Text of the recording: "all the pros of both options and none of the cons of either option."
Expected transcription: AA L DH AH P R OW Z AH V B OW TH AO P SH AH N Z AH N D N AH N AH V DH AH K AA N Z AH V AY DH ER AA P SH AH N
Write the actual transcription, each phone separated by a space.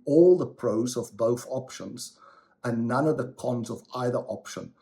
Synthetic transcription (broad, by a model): AA L DH AH P R OW Z AH V B OW TH AO P SH AH N Z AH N N AH N AH V DH AH K AA N Z AH V AY DH ER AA P SH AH N